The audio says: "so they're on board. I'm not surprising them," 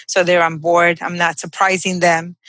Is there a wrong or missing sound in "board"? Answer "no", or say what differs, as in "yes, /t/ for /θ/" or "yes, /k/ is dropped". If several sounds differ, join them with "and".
no